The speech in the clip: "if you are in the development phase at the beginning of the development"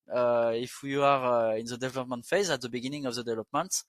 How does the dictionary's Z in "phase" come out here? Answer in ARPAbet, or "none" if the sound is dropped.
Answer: Z